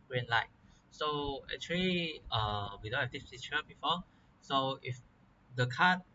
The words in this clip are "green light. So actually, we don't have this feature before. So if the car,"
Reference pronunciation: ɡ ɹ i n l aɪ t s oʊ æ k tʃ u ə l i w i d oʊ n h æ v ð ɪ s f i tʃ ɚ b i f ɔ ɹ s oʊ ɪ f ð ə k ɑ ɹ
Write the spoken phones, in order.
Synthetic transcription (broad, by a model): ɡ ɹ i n l aɪ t s oʊ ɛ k tʃ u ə l i w i d oʊ n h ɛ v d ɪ s p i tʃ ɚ b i f ɔ s oʊ ɪ f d ə k ɑ